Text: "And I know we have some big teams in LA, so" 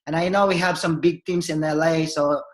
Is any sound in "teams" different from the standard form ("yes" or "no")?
yes